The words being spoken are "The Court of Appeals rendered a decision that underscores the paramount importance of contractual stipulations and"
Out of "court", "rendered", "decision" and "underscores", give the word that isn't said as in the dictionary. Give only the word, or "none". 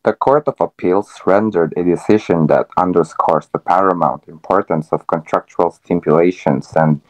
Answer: underscores